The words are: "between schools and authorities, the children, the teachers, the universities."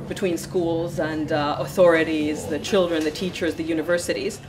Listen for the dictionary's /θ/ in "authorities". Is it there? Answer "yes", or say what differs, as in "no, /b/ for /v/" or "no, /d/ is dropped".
yes